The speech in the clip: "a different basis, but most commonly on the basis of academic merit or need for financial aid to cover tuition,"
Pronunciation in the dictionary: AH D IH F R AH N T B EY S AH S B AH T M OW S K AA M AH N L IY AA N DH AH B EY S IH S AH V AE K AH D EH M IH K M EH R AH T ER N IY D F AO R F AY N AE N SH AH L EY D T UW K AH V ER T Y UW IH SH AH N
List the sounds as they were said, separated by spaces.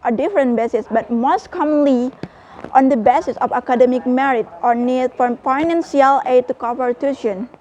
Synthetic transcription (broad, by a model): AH D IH F R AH N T B EY S AH S B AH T M OW S K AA M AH N L IY AA N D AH B EY S IH S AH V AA K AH D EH M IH K M EH R AH T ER N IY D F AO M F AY N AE N S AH L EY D T UW K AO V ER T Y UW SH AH N